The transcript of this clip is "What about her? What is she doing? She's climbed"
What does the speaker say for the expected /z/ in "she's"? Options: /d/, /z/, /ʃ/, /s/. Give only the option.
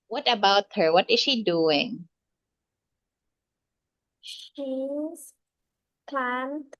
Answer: /s/